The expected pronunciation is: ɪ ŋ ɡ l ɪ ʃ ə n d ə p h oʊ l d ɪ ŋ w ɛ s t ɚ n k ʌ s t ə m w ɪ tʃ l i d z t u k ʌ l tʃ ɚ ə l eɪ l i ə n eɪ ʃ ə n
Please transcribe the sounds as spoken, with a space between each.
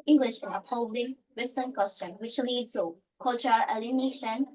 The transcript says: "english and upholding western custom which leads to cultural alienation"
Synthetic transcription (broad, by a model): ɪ ŋ ɡ l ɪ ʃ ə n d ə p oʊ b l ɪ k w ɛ s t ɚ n k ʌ s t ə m w ɪ tʃ l i d t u k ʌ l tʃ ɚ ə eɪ l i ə n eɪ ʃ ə n